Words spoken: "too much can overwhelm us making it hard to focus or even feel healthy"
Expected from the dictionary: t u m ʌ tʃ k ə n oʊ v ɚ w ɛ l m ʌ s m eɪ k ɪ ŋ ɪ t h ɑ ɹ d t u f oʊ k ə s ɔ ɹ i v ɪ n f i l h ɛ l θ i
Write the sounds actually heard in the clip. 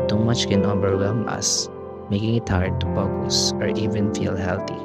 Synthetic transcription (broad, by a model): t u m ʌ tʃ k ə n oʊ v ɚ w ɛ m ʌ s m eɪ k ɪ ŋ ɪ t h ɑ ɹ d t u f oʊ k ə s ɔ ɹ i v ɪ n f i l h ɛ l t i